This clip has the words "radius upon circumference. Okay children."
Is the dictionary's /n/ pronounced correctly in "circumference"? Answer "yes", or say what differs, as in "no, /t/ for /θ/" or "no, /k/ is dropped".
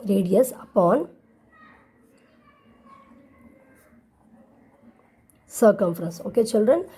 yes